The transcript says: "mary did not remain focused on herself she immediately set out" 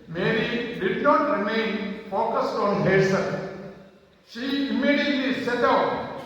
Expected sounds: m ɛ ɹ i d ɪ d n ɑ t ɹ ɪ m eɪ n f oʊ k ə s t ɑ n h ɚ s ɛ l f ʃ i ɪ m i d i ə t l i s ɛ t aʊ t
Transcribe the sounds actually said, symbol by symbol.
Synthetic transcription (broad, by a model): m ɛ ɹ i d ɪ d n ɑ t ɹ ɪ m eɪ n f oʊ k ə s t ɑ n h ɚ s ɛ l ʃ i ɪ m i d i ə t l i s ɛ t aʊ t